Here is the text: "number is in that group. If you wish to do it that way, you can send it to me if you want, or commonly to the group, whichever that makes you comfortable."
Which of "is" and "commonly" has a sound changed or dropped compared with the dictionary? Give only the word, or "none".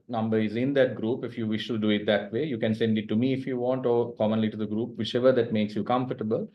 none